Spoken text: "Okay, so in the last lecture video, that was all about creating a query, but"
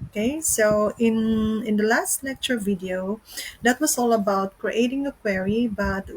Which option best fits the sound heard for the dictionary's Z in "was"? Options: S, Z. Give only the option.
S